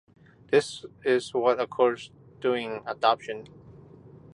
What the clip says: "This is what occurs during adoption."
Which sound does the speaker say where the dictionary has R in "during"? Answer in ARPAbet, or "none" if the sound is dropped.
none